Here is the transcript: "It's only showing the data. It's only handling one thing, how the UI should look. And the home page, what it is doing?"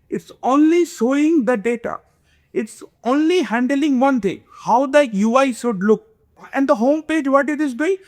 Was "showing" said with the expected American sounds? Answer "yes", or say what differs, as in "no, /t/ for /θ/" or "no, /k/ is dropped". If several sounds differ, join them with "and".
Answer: no, /s/ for /ʃ/